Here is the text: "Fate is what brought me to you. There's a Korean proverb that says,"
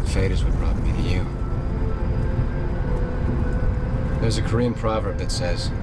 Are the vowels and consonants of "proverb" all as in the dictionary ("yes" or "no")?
yes